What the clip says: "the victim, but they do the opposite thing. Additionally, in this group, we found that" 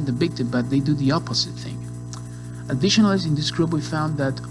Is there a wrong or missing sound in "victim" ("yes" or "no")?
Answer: yes